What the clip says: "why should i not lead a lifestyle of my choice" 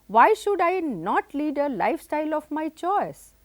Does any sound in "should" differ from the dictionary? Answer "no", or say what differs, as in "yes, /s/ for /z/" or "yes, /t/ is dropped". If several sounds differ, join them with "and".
no